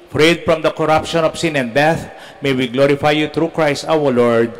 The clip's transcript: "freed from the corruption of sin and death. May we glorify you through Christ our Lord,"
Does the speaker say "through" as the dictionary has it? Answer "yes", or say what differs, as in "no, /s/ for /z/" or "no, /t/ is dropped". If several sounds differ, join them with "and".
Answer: no, /t/ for /θ/